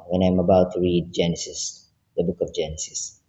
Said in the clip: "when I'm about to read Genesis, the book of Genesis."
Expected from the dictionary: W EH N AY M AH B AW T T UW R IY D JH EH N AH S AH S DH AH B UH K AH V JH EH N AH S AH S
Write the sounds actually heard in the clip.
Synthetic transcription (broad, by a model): W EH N AY M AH B AW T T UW R IY D JH EH N AH S AH S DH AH B UH K AH V JH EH N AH S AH S